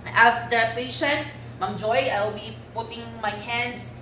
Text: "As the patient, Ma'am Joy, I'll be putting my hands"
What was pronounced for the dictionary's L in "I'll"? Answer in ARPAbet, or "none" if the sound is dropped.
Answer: L